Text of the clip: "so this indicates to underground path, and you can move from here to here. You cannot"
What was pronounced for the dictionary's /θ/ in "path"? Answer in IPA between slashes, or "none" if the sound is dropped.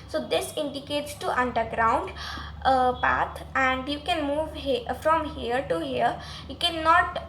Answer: /t/